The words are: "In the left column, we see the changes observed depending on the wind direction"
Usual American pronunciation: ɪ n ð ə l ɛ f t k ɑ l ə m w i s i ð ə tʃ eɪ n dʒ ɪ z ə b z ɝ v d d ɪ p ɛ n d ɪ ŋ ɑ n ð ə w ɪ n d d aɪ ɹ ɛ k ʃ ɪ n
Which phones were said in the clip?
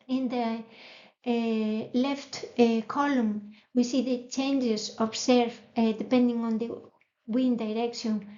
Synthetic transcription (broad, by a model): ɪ n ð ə l ɛ f t k ɑ l ə m w i s i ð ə tʃ eɪ n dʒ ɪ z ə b s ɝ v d d ɪ p ɛ n d ɪ ŋ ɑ n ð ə w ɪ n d d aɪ ɹ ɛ k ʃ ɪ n